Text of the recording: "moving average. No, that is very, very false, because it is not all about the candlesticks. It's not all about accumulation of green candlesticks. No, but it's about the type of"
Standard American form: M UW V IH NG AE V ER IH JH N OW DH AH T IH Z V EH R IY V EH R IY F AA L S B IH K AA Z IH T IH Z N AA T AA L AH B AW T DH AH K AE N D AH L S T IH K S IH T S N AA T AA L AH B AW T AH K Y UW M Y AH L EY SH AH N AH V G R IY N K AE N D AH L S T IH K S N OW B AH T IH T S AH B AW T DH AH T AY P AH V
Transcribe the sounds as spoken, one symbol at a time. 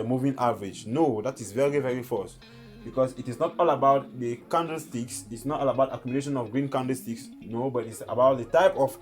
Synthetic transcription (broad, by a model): M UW V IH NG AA V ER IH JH N OW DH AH T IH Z V EH R IY V EH R IY F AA S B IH K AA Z IH T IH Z N AA T AA L AH B AW T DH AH K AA N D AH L S T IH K S IH T S N AA T AA L AH B AW T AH K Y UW M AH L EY SH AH N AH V G R IY N K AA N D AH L S T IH K S N OW B AH T IH T S AH B AW T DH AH T AY P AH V